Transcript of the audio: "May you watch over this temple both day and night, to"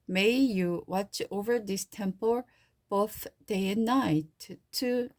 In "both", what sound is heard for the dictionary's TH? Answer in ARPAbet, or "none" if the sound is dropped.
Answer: TH